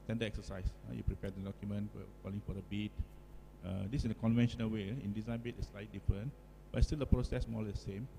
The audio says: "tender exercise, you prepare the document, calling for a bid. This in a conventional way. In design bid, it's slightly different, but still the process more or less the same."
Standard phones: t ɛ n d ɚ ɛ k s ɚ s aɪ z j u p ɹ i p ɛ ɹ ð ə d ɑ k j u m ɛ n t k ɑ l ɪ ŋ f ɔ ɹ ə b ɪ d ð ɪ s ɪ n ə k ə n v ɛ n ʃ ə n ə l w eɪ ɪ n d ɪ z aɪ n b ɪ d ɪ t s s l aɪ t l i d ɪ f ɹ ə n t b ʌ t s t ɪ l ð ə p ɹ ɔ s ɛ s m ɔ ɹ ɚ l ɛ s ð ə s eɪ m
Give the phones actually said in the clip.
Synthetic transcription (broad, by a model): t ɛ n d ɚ ɛ k s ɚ s aɪ s j u p ɹ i p ɛ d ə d ɑ k j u m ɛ n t k ɑ l ɪ ŋ f ɔ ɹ ə b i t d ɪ s ɪ n ə k ə n v ɛ n ʃ ə n ə l w eɪ ɪ n d ɪ z aɪ n b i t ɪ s s l aɪ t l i d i f ɹ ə n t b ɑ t s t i l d ə p ɹ ɔ s ɛ s m ɔ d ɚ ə s eɪ m